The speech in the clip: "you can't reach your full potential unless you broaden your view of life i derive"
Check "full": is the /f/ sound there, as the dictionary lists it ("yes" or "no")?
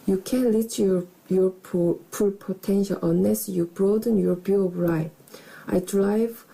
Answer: no